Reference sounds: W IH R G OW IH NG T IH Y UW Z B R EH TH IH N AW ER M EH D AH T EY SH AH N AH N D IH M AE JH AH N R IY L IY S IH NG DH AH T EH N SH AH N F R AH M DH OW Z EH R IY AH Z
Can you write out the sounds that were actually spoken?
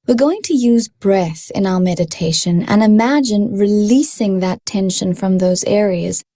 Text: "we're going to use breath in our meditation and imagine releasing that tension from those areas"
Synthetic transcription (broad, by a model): W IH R G OW IH NG T IH Y UW Z B R EH TH IH N AW ER M EH D AH T EY SH AH N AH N IH M AE JH AH N R IY L IY S IH NG DH AH T EH N SH AH N F R AH M DH OW Z EH R IY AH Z